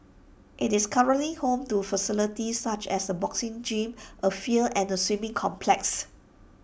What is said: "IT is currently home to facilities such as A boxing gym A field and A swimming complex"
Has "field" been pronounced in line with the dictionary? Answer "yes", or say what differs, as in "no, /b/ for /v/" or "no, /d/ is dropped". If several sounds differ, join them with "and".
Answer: no, /d/ is dropped